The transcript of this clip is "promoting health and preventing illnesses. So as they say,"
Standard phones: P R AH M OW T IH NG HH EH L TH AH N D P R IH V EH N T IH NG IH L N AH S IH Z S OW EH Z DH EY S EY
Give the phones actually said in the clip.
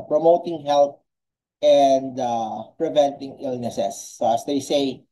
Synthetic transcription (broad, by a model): P R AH M OW T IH NG HH EH L T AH N D P R IH V EH N T IH NG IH L N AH S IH S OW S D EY S EY